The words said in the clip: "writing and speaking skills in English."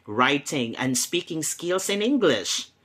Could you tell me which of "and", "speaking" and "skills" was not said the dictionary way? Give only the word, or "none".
skills